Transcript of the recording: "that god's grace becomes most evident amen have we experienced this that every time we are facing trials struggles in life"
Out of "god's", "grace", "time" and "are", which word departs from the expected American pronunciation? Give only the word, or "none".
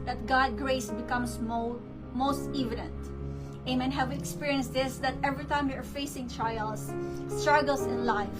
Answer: god's